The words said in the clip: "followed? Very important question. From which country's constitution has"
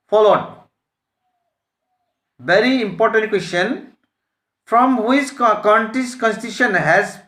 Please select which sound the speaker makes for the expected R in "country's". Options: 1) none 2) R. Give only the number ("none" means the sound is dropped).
1